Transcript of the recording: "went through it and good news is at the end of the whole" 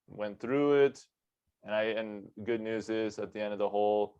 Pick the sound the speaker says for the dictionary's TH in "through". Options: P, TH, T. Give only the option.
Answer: TH